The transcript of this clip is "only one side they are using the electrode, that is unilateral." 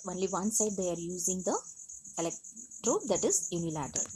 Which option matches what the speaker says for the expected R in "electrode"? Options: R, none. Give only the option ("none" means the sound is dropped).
R